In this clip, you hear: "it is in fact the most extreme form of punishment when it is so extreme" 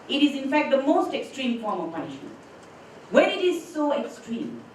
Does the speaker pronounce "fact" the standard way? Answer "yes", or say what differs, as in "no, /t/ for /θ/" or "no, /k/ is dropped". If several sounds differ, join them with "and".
yes